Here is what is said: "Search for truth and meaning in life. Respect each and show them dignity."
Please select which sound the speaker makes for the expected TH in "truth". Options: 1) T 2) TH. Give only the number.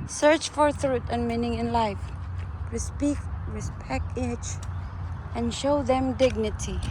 1